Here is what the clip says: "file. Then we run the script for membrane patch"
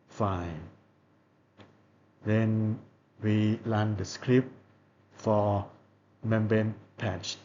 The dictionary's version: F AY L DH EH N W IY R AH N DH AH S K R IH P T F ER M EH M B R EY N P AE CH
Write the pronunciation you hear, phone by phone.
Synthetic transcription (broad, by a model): F AY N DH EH N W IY L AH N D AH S K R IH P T F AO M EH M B EY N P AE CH